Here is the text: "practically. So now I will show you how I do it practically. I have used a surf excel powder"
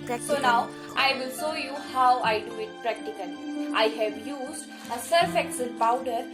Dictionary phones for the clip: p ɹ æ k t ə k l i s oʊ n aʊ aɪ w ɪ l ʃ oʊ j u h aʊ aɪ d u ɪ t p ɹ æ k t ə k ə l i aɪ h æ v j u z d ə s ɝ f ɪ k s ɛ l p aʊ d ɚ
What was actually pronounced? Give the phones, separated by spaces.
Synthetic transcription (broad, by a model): s oʊ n aʊ aɪ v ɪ l ʃ oʊ j u h aʊ aɪ d u ɪ t p ɹ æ k t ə k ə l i aɪ h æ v j u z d ə s ɝ f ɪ k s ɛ n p aʊ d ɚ